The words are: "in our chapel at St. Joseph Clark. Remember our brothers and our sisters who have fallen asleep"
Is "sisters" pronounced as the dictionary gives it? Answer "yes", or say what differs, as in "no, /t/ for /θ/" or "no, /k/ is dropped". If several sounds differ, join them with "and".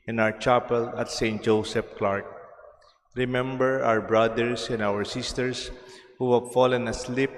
no, /s/ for /z/